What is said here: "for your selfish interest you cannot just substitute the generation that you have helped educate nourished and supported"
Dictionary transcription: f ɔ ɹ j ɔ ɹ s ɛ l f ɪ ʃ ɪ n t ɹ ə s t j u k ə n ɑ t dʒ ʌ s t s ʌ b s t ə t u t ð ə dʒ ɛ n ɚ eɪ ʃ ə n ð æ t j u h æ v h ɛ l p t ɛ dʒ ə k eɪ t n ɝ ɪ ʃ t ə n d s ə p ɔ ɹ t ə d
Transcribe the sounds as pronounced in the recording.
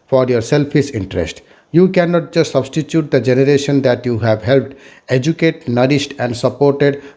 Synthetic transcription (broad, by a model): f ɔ ɹ j ɔ ɹ s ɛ l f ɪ s ɪ n t ɹ ə s t j u k ə n ɑ t dʒ ʌ s t s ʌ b s t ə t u t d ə dʒ ɛ n ɚ eɪ ʃ ə n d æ t j u h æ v h ɛ l p t ɛ dʒ ə k eɪ t n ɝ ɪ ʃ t ə n d s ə p ɔ ɹ t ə d